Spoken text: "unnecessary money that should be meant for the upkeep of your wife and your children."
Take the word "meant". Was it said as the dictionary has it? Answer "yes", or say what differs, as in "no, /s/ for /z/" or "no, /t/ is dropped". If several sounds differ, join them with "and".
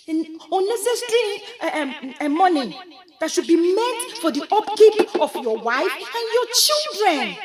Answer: no, /n/ is dropped